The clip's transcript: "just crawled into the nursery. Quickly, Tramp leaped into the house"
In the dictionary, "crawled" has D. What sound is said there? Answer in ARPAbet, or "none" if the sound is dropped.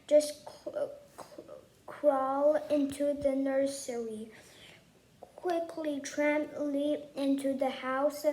none